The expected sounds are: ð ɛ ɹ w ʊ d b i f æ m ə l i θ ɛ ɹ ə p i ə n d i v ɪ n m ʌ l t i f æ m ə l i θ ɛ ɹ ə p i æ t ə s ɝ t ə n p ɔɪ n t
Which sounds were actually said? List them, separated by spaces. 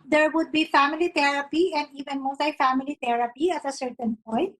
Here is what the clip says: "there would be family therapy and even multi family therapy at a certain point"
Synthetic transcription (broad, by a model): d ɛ ɹ w ʊ d b i f æ m ə l i t ɛ ɹ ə p i ə n d i v ɪ n m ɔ t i f æ m ə l i t ɛ ɹ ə p i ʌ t ə s ɝ t ə n p ɔɪ n t